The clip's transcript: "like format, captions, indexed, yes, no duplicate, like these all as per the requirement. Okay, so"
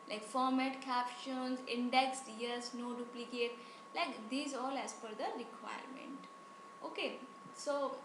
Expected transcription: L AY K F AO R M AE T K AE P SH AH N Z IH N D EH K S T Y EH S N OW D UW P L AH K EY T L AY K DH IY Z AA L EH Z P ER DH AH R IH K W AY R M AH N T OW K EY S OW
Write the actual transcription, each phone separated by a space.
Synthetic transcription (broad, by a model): L AY K F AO R M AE T K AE P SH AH N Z IH N D EH K S T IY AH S N OW D UW P L AH K EY T L AY K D IY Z AA L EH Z F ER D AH R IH K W AY R M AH N T OW K EY S OW